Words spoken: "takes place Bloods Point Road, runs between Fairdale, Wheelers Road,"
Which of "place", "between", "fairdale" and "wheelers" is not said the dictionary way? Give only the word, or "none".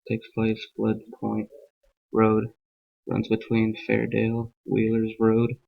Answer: none